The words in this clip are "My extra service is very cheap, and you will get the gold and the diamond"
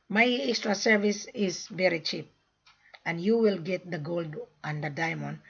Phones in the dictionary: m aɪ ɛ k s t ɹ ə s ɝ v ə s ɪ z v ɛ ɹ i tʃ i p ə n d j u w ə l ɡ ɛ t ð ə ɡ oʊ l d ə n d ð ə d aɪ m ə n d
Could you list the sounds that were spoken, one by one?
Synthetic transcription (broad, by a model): m aɪ ɛ k s t ɹ ə s ɝ v ə s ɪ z v ɛ ɹ i tʃ i p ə n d j u w ə l ɡ ɛ t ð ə ɡ oʊ l d ə n d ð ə d aɪ m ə n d